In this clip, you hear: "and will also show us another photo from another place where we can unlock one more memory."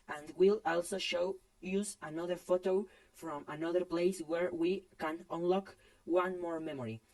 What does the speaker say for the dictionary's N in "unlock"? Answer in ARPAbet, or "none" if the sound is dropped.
N